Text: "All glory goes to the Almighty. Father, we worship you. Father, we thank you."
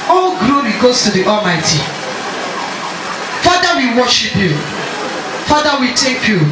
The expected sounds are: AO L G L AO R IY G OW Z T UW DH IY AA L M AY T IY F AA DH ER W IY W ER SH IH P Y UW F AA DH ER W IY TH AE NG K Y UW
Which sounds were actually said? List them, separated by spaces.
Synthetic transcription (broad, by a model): AO G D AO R IY G OW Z T UW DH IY AA L M AY T IY F AA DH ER W IY W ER SH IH P Y UW F AA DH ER W IY T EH K Y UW